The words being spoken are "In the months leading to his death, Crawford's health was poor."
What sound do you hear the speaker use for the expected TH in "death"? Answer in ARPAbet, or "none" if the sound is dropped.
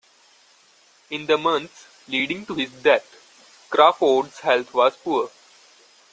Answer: T